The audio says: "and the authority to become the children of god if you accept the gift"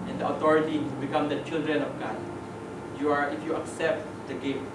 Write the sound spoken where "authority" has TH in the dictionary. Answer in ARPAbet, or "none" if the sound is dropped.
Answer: T